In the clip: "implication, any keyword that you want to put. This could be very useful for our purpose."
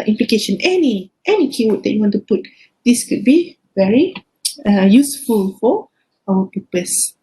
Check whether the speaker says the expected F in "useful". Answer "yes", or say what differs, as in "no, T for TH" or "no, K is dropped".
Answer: yes